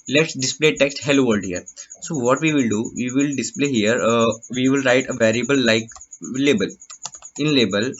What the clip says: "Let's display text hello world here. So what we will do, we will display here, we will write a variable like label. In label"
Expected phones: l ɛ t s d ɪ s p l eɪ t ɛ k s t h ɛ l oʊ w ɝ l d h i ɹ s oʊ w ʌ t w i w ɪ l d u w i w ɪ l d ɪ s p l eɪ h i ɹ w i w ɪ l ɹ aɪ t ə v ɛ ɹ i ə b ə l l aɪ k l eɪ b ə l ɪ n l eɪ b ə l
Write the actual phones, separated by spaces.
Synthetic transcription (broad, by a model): l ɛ t s d ɪ s p l eɪ t ɛ k s t h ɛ l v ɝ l d h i ɹ s oʊ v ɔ t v i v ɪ l d u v i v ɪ l d ɪ s p l eɪ h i ɹ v i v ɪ l ɹ aɪ t ə v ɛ ɹ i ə b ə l l aɪ k l eɪ b ə l ɪ n l eɪ b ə l